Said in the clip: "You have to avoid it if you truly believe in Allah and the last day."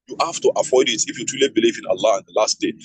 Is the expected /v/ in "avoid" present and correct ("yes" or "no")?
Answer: no